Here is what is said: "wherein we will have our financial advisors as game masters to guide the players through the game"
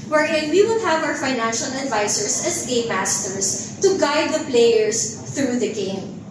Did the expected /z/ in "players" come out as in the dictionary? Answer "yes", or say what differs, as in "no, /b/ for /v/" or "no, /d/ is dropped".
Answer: no, /s/ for /z/